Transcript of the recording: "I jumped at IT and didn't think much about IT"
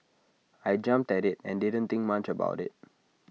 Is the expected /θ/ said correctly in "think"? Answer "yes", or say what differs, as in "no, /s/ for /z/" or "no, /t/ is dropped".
no, /t/ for /θ/